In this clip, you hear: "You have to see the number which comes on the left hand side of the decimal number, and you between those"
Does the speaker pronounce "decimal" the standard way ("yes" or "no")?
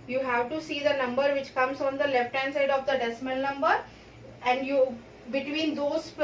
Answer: no